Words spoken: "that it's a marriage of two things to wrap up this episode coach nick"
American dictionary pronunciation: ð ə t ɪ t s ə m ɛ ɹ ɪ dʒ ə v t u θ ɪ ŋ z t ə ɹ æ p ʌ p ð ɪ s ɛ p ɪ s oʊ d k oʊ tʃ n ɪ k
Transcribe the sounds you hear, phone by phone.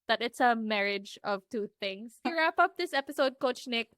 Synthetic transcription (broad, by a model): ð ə t ɪ t s ə m ɛ ɹ ɪ dʒ ə v t u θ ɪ ŋ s ɹ æ p ʌ p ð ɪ s ɛ p ɪ s oʊ d k oʊ tʃ n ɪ k